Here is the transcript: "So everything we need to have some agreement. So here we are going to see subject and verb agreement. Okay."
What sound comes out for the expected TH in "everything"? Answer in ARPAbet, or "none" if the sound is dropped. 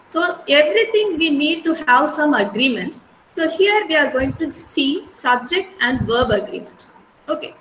T